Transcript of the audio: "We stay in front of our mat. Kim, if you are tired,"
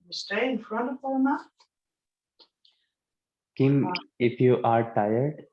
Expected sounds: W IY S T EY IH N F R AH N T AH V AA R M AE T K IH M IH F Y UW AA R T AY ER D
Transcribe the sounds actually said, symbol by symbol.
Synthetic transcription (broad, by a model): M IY S T EY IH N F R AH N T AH P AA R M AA K IH M IH F Y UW AA R T AY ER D